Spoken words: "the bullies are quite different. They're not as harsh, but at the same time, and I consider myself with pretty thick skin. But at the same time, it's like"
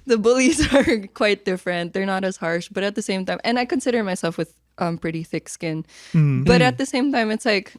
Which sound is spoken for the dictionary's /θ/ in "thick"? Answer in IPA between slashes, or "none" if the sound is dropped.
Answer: /θ/